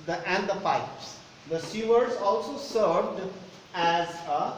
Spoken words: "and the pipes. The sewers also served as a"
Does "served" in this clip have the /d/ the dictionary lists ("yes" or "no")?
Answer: yes